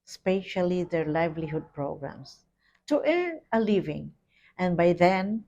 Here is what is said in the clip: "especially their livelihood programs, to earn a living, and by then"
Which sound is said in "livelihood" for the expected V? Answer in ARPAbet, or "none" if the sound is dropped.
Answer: V